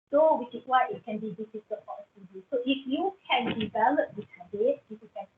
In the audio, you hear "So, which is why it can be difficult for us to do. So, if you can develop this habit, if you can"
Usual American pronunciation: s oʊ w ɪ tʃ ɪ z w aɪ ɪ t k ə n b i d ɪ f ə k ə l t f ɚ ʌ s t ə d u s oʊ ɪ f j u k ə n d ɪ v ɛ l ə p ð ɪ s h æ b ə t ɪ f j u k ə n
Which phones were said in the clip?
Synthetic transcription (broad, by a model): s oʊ w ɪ tʃ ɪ s w aɪ ɪ t k ə n b i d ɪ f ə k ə t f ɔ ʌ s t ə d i s oʊ ɪ f j u k ə n d ɪ v ɛ l ə p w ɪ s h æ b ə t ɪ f j u k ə n